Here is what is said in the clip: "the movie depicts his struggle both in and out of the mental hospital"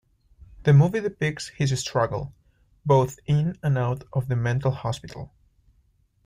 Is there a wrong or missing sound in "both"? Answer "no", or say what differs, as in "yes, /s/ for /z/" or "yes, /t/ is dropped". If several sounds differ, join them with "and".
no